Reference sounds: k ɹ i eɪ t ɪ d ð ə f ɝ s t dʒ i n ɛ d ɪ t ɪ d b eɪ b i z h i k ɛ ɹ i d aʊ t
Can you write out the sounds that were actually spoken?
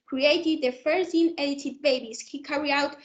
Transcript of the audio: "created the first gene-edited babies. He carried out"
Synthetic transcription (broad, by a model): k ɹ i eɪ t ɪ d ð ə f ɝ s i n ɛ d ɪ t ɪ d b eɪ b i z h i k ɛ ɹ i aʊ t